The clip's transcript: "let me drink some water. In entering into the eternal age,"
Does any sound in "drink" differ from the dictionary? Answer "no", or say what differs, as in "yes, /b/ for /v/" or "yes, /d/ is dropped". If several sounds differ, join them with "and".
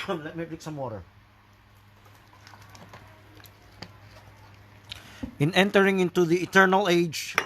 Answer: yes, /ŋ/ is dropped